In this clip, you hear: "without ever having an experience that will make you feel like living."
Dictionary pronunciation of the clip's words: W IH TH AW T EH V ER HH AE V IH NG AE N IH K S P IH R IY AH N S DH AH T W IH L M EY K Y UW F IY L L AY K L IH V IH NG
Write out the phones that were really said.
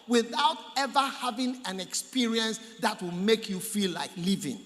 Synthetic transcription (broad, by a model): W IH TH AW T EH V ER HH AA V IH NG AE N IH K S P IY R IY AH N S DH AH T W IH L M EY K Y UW F IY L L AY K L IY V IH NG